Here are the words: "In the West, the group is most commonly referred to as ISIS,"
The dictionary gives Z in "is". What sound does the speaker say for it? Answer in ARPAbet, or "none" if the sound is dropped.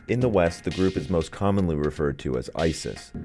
Z